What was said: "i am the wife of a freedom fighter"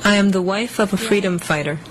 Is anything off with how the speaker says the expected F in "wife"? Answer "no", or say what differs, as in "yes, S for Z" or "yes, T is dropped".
no